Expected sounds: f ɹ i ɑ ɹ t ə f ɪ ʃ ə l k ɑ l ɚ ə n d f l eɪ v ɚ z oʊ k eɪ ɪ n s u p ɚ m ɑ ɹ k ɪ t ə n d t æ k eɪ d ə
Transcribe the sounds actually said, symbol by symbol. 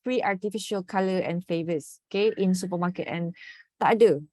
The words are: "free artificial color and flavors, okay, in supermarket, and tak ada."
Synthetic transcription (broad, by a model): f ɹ i ɑ t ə f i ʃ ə l k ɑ l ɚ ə n f eɪ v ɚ s oʊ k eɪ ɪ n s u p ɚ m ɑ k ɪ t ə n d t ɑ d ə